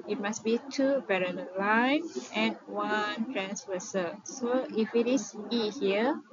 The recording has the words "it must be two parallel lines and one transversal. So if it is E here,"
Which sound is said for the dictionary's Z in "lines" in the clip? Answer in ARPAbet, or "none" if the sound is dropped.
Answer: none